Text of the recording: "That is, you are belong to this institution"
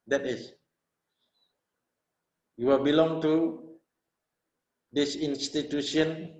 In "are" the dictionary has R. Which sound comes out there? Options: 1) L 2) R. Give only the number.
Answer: 1